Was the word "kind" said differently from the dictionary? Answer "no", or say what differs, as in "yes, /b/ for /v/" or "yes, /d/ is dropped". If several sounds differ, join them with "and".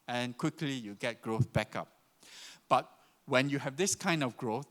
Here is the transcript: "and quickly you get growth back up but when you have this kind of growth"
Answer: no